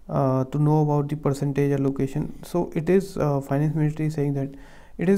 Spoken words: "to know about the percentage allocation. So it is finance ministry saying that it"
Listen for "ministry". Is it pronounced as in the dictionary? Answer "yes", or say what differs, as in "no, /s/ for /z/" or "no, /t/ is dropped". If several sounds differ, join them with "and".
no, /l/ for /n/ and /s/ is dropped